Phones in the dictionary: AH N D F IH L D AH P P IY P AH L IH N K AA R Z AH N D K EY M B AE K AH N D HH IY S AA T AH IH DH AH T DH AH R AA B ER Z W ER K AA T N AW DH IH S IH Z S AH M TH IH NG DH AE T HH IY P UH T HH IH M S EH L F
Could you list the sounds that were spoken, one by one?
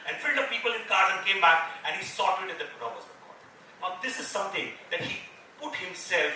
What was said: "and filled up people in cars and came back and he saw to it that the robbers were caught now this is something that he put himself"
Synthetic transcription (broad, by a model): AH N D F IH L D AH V P IY P AH L IH N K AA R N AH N K EY M B AE K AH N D HH IY S AA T IH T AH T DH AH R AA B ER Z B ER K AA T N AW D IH S IH Z S AH M T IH NG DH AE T HH IY P UH T HH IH M S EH L F